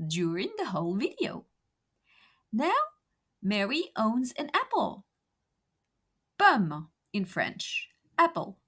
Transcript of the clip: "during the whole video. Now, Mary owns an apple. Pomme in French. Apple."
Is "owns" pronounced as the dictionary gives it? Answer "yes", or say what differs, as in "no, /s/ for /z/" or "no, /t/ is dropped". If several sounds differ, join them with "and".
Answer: yes